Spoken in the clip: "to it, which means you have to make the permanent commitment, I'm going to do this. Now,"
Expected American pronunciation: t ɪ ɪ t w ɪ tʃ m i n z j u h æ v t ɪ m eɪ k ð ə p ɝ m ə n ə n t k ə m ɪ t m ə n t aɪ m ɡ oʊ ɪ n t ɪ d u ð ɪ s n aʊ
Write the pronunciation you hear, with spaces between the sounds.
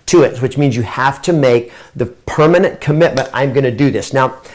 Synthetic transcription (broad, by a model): t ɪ ɪ t w ɪ tʃ m i n z j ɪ h æ f t ɪ m eɪ k ð ə p ɝ m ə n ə n k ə m ɪ t m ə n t aɪ m ɡ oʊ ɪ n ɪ d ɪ ð ɪ s n aʊ